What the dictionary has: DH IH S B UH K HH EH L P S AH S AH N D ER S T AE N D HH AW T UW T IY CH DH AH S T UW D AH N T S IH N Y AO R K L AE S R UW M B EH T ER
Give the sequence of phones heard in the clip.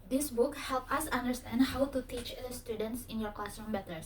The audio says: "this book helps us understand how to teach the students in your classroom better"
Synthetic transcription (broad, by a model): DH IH S B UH K HH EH L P AH S AH N D ER S T AE N D HH AW T UW T IY CH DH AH S T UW D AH N T S IH N Y AO R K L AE S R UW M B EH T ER